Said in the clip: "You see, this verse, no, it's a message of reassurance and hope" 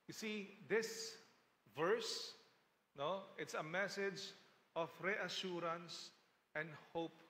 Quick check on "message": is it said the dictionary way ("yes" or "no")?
yes